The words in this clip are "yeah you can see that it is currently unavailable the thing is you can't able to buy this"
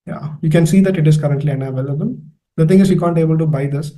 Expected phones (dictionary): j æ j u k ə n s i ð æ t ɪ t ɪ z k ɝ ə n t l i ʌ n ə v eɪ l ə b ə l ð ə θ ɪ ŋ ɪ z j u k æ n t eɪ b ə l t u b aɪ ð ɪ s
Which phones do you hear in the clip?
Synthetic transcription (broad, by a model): j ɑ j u k ə n s i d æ t ɪ t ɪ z k ɝ ə n t l i ʌ n ə v eɪ l ə b ə l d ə t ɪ ŋ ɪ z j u k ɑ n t eɪ b ə l t u b aɪ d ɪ s